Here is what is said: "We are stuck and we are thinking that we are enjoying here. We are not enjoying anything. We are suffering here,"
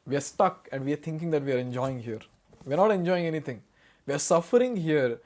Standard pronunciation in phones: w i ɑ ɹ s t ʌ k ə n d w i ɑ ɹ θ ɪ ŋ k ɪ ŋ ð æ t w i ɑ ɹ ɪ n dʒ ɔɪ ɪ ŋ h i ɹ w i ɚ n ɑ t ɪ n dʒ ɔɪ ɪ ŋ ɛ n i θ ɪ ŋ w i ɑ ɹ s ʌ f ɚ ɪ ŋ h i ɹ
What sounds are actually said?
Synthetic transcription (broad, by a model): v i ɑ ɹ s t ʌ k ə n d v i ɑ ɹ t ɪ ŋ k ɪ ŋ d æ t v i ɑ ɹ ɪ n dʒ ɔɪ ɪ ŋ h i ɹ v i ɚ n ɑ t ɪ n dʒ ɔɪ ɪ ŋ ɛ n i t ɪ ŋ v i ɑ ɹ s ʌ f ɚ ɪ ŋ h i ɹ